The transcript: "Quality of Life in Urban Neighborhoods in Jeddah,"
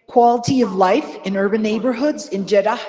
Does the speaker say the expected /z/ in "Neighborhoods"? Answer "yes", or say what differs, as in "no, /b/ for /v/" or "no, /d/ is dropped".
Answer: yes